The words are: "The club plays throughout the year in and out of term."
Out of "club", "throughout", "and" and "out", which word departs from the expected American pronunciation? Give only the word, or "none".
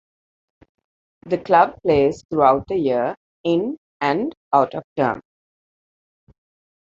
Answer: throughout